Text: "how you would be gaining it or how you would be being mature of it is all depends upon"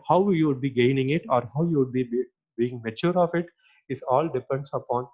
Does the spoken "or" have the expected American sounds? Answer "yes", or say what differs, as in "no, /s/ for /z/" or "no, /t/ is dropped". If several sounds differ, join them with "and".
yes